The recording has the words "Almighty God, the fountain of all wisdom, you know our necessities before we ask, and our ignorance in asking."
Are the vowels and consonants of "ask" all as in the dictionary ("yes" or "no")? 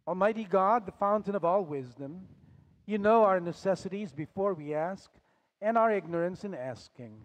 yes